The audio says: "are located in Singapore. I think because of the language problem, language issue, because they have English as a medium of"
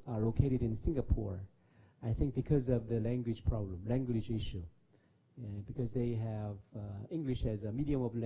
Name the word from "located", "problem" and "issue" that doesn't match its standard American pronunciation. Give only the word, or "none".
none